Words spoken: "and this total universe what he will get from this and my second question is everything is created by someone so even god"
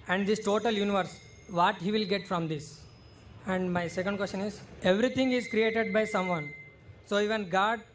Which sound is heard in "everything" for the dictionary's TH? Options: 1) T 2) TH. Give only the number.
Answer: 1